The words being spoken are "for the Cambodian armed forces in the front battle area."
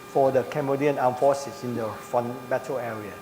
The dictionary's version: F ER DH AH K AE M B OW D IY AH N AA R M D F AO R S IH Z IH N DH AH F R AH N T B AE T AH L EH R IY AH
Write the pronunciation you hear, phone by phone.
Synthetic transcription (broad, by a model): F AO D AH K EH M B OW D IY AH N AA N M F AO S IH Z IH N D AH F AH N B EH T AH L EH R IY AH